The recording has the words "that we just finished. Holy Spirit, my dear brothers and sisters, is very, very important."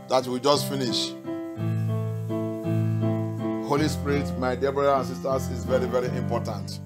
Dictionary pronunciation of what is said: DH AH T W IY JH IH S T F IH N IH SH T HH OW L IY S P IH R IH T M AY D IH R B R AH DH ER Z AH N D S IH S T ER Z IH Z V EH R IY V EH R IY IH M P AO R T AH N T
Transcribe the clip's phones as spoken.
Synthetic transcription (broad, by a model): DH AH T W IY JH IH S T F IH N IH SH HH OW L IY S P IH R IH T M AY D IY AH B R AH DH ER AH N S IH S T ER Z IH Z V EH R IY V EH R IY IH M P AO T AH N T